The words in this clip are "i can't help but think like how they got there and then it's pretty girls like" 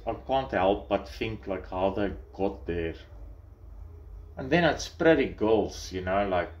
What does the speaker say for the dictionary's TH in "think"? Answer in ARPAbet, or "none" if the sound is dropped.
F